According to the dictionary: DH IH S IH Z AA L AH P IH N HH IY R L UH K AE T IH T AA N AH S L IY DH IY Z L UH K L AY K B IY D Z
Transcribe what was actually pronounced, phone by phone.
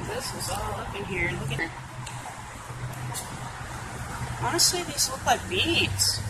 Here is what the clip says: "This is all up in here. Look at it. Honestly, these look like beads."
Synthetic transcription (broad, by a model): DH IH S IH Z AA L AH B IH N HH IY R N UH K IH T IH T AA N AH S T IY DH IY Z L UH K L AY K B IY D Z